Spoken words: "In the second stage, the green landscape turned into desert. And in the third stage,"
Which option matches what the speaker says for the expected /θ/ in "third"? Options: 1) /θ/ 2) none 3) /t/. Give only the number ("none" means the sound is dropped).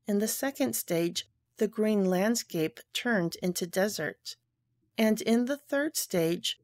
1